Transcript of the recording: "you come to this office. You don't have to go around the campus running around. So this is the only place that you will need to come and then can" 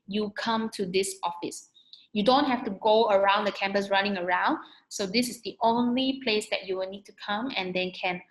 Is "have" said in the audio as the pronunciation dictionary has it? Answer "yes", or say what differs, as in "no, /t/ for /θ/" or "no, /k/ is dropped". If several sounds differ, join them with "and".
no, /f/ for /v/